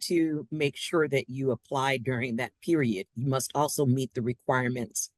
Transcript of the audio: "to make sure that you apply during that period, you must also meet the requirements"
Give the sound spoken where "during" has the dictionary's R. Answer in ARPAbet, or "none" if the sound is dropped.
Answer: R